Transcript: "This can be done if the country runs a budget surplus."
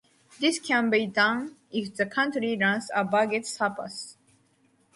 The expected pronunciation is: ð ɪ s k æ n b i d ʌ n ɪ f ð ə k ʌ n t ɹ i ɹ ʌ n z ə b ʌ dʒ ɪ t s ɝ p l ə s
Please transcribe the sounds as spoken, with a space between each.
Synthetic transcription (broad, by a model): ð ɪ s k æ n b i d ʌ n ɪ f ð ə k ʌ n t ɹ i ɹ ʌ n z ə b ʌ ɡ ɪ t s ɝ p ə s